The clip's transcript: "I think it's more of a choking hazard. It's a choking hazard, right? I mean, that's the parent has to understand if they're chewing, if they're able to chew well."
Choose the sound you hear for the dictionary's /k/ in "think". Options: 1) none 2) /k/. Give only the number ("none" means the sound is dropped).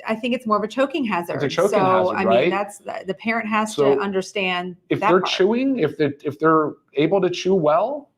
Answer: 2